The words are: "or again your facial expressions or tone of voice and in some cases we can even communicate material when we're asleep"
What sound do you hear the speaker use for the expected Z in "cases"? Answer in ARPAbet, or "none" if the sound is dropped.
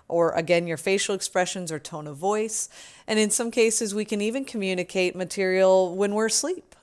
Z